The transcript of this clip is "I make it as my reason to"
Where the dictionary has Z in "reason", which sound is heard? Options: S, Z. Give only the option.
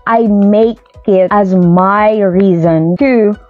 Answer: Z